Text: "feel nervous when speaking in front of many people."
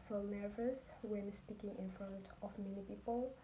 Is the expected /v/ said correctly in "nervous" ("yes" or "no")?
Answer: yes